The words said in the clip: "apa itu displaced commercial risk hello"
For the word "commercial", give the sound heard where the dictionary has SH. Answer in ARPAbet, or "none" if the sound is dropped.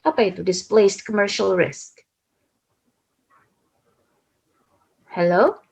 SH